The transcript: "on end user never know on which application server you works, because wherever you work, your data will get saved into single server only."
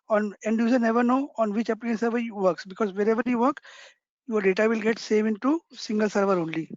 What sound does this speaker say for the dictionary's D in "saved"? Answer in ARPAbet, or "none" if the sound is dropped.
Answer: none